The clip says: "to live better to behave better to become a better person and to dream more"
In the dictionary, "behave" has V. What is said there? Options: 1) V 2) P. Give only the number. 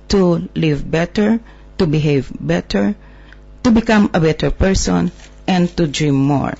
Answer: 1